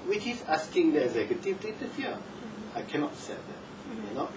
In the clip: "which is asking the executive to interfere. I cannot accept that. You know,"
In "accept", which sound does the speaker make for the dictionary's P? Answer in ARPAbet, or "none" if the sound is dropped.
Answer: none